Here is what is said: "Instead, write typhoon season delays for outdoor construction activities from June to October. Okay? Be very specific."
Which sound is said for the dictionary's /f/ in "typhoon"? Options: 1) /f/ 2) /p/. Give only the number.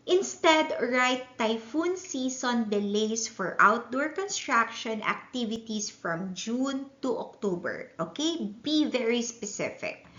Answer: 1